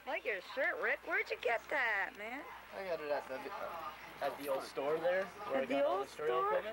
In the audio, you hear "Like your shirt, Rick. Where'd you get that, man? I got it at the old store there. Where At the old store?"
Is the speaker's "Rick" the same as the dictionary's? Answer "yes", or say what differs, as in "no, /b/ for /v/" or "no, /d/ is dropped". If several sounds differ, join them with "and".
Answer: yes